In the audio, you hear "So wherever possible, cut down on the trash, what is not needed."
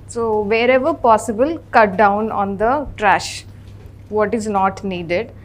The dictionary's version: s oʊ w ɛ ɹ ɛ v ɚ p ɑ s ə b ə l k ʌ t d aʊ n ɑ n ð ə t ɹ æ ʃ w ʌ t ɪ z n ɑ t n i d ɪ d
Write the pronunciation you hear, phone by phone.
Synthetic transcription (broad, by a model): s oʊ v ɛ ɹ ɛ v ɚ p ɑ s ə b ə l k ʌ t d aʊ n ɑ n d ə t ɹ æ ʃ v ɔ t ɪ z n ɑ t n i d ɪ d